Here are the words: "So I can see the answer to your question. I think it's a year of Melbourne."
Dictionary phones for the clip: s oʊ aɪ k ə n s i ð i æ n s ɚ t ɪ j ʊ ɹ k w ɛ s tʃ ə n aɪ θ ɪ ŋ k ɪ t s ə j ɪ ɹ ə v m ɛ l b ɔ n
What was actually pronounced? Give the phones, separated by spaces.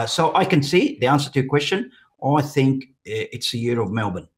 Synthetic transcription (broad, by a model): s oʊ aɪ k ə n s i ð i æ n s ɚ t ɪ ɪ k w ɛ s tʃ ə n aɪ θ ɪ ŋ k ɪ t s ə j ɪ ɹ ə v m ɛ l b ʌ n